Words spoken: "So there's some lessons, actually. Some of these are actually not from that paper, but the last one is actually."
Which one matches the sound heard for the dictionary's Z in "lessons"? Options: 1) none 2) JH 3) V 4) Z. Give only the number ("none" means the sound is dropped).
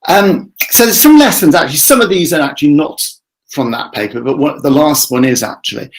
4